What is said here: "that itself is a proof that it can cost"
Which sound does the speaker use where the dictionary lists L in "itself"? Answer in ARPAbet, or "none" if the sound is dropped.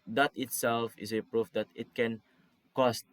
L